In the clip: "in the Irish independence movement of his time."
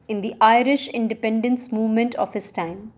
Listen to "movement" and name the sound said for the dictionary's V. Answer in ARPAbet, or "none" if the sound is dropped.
V